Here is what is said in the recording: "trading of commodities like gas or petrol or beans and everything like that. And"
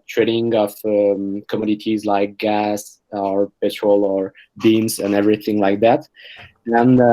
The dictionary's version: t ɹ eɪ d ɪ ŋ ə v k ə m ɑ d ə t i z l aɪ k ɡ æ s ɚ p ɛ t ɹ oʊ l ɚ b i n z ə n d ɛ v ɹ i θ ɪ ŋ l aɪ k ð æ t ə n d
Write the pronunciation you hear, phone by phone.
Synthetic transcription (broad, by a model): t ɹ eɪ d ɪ ŋ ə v k ə m ɑ d ə t i z l aɪ k ɡ æ s ɚ p ɛ t ɹ oʊ l ɚ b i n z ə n ɛ v ɹ i θ ɪ ŋ l aɪ k ð æ t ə n